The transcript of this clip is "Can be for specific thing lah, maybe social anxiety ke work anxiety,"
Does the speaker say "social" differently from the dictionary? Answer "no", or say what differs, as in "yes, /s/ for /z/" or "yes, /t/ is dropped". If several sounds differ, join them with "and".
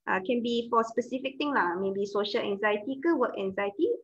no